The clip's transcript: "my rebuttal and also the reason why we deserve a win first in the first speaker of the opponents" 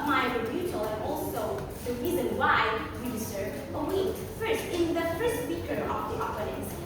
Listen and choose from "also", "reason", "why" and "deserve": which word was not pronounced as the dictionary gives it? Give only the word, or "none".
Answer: deserve